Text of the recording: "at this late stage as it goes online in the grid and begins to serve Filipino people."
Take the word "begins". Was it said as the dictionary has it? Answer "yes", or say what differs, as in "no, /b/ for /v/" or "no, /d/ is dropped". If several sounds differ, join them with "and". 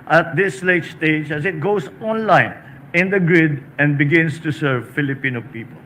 no, /s/ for /z/